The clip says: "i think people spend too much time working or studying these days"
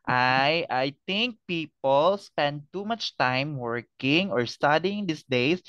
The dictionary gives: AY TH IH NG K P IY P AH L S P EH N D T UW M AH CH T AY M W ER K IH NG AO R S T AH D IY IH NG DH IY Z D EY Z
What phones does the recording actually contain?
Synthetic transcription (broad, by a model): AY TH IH NG K P IY P AH L S P EH N D T UW M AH CH T AY M W ER K IH NG AO R S T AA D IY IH NG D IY S D EY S